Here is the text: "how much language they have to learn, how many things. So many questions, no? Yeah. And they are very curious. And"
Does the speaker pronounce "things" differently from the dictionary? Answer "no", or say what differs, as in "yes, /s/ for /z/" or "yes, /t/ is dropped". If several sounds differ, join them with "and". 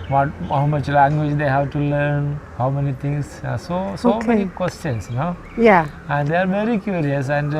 yes, /t/ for /θ/